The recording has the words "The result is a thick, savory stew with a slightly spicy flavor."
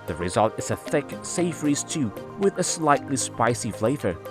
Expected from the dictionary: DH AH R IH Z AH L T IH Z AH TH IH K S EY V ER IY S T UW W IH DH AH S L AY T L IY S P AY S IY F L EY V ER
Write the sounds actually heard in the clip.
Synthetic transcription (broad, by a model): DH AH R IH Z AH L T IH Z AH TH IH K S EY F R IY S T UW W IH DH AH S L AY T L IY S P AY S IY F L EY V ER